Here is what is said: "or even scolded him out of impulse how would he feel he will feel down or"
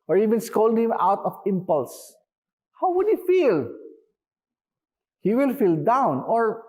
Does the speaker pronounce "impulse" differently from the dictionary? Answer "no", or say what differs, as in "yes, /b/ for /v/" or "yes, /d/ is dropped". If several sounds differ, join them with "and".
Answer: no